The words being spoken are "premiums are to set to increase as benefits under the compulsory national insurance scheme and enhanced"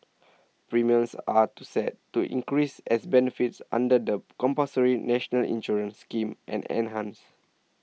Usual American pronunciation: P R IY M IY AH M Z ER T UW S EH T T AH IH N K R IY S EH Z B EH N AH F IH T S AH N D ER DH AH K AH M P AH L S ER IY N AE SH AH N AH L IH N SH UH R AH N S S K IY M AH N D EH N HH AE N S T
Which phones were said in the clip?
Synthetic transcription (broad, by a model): P R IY M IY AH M S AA T UW S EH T T AH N K R IY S EH S B EH N AH F IH T S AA N D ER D AH K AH M P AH S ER IY N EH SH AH N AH L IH N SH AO R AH N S S K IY M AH N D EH N HH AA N S